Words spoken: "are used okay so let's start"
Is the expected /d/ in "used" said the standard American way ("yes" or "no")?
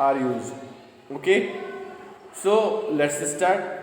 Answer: no